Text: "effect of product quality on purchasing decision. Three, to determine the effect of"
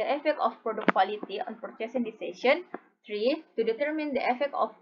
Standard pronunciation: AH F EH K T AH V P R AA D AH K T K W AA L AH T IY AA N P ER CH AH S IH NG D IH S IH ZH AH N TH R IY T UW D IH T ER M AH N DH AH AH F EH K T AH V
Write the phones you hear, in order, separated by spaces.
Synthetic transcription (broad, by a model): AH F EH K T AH F P R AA D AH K K W AA L AH T IY AA N P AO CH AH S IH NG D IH S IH SH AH N T R IY T UW D IH T ER M AH N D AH AH F EH K T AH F